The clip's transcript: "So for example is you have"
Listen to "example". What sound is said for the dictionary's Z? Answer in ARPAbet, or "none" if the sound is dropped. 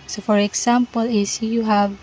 S